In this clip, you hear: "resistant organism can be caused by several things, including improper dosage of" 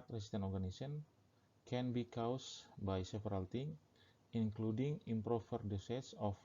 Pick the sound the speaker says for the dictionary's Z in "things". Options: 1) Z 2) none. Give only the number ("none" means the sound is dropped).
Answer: 2